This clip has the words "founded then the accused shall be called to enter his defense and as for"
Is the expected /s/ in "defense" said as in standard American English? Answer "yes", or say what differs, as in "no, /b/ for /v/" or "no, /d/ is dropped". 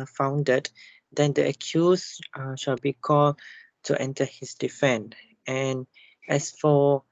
no, /s/ is dropped